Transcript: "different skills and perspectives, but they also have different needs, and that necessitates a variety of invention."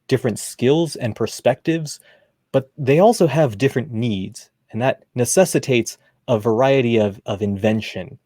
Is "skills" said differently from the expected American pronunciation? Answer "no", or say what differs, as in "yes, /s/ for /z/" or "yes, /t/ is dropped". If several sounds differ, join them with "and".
no